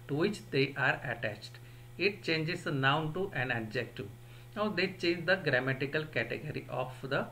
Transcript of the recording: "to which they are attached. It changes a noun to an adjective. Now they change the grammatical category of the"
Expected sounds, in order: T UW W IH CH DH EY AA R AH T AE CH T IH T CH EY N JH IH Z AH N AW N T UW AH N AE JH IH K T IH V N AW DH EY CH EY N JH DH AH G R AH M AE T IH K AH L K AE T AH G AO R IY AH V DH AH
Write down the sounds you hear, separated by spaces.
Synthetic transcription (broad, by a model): T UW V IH CH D EY AA R AH T AE CH T IH T CH EY N JH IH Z N AW N T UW AH N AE JH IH K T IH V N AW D EY CH EY N JH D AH G R AH M AE T IH K AH L K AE T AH G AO R IY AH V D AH